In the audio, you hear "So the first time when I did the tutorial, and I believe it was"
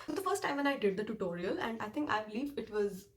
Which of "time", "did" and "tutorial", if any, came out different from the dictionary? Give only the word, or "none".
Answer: none